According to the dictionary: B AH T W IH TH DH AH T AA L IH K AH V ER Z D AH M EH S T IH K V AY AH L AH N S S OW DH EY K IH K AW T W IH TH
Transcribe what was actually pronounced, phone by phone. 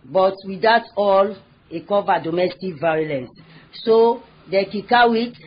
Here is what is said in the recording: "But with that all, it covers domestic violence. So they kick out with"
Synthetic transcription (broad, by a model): B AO T W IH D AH T AA L IH K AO V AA D AH M EH S T IH K V AY AH L AH N S S OW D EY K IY K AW W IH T